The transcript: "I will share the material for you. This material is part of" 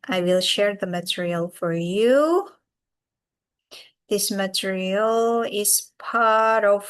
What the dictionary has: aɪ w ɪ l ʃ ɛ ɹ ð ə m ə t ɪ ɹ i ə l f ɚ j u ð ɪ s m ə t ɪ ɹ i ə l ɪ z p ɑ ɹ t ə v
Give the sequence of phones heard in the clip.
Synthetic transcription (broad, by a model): aɪ w ɪ l ʃ ɛ ɹ ð ə m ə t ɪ ɹ i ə l f ɚ j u ð ɪ s m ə t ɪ ɹ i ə l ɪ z p ɑ ɹ t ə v